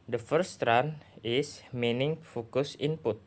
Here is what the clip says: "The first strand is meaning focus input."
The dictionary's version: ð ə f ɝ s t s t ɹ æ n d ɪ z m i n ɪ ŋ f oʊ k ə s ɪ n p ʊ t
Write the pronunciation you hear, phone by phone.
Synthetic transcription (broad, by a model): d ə f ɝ t s t ɹ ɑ n ɪ s m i n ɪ ŋ f oʊ k ə s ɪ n p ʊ t